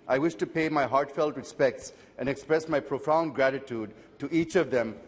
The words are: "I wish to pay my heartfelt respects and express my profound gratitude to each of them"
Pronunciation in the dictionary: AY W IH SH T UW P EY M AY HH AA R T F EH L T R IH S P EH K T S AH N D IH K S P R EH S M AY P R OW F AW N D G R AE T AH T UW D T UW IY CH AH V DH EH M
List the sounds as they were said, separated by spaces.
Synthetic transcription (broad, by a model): AY W IH SH T UW P EY M AY HH AA R T F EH L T R IH S P EH K T S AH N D IH K S P R EH S M AY P R OW F AW N D G R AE T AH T UW D T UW IY CH AH V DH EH M